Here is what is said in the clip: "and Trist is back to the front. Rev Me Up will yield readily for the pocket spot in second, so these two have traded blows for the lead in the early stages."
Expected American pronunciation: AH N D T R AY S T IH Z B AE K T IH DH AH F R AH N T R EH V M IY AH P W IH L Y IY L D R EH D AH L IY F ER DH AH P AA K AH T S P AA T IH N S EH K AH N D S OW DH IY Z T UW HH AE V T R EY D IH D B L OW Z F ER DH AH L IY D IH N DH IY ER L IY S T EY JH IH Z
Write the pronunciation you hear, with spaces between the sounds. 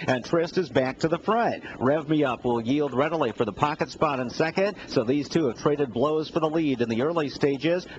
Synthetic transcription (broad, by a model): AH N T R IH S T IH Z B AE K T IH DH AH F R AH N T R EH V M IY AH P W IH L Y IY L D R EH D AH L IY F ER DH AH P AA K AH T S P AA T IH N S EH K AH N D S OW DH IY Z T UW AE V T R EY D IH D B L OW Z F ER DH AH L IY D IH N DH IY ER L IY S T EY JH IH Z